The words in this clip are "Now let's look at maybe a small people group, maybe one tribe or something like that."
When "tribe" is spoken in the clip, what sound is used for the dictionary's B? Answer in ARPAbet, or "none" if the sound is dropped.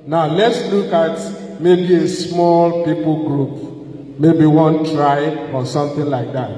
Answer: none